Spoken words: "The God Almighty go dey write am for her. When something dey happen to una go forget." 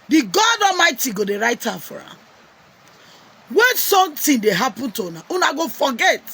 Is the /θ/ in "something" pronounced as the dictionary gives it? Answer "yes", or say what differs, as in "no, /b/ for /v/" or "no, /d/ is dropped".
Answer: no, /t/ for /θ/